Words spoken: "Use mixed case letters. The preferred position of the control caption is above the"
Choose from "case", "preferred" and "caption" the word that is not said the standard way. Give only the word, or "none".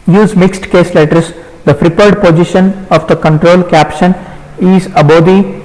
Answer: preferred